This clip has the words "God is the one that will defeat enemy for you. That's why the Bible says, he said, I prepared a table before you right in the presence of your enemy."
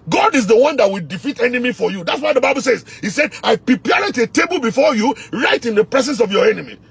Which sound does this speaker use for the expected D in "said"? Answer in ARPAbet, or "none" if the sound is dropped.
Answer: D